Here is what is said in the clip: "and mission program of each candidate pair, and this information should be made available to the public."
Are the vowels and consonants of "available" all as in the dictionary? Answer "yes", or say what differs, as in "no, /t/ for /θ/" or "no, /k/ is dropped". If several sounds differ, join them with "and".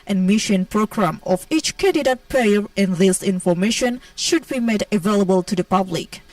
yes